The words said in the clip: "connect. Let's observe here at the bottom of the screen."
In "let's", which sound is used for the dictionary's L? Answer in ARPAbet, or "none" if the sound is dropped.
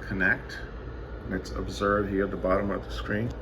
N